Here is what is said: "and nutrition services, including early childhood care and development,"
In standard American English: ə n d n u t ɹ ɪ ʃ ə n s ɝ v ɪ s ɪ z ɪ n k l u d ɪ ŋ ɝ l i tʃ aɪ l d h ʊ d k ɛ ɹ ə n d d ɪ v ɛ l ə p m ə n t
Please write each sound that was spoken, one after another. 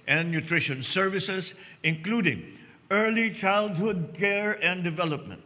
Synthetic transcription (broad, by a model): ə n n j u t ɹ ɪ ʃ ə n s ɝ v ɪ s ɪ s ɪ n k l u d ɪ ŋ ɝ l i tʃ aɪ l d h ʊ d k ɛ ɹ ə n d d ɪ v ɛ l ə p m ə n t